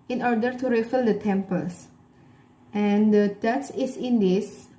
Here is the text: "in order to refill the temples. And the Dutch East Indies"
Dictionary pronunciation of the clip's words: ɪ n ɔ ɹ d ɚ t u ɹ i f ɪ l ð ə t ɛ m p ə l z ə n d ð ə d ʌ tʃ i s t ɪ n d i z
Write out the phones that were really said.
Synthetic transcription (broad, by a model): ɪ n ɔ ɹ d ɚ t u ɹ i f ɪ l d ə t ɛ m p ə l s ə n d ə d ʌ s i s ɪ n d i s